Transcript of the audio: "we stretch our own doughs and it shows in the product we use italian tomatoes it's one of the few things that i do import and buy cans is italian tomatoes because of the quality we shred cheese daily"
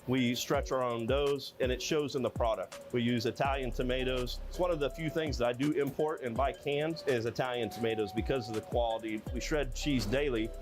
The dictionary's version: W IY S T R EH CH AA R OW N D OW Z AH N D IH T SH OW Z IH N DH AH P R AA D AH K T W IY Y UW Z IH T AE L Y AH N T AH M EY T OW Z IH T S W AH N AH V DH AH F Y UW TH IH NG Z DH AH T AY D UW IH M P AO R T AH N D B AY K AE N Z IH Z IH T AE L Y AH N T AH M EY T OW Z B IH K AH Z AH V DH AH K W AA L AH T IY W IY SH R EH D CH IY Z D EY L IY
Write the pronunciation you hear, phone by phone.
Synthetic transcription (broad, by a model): W IY S T R EH CH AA R OW N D OW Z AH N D IH T SH OW Z IH N DH AH P R AA D AH K T W IY Y UW Z IH T AE L Y AH N T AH M EY T OW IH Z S W AH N AH V DH AH F Y UW TH IH NG Z DH AH T AY D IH IH M P AO R T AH N B AY K AE N Z IH Z IH T AE L Y AH N T AH M EY T OW Z B IH K AH Z AH V DH AH K W AA L AH T IY W IY SH R EH D CH IY Z D EY L IY